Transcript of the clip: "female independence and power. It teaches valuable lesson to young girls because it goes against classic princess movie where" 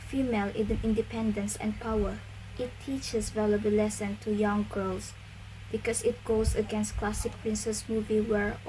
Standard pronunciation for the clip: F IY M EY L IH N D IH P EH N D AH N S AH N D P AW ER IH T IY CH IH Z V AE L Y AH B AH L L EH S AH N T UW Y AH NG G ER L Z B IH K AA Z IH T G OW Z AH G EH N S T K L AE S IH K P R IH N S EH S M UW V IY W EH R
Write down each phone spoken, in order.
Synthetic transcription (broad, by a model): F IY M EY L IH N D IH P EH N D AH N S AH N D P AW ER IH T IY CH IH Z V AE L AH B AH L L EH S AH N T UW Y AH NG G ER L S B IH K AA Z IH T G OW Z AH G EH N S T K L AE S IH K P R IH N S EH S M UW V IY W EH R